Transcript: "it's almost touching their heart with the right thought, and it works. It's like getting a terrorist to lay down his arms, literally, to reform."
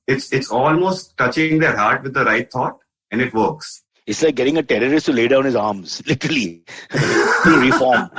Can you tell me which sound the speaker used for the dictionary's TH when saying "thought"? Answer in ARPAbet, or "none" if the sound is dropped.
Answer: T